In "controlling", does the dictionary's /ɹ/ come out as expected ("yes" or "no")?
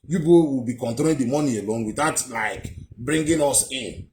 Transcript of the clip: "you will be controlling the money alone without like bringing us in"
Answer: no